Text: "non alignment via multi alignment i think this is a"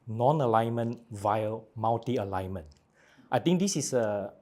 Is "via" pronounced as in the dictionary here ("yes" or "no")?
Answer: yes